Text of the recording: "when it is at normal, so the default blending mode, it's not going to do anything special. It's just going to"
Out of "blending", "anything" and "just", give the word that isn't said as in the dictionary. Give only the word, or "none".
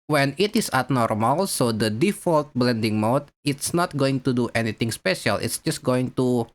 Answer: anything